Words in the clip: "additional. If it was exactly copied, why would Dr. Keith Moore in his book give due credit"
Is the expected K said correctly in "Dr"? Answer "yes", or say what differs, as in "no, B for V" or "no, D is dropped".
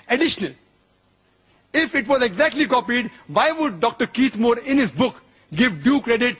yes